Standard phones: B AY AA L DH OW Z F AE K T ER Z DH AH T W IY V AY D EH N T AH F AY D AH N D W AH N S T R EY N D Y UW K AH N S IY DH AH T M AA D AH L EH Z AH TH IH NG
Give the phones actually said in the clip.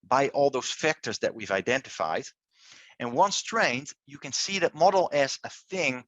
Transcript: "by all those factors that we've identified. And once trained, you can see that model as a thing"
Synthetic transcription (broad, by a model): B AY AA L DH OW Z F AE K T ER Z DH AH T W IY V AY D EH N T AH F AY D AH N W AH N S T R EY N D Y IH K AH N S IY DH AH T M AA D L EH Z AH TH IH NG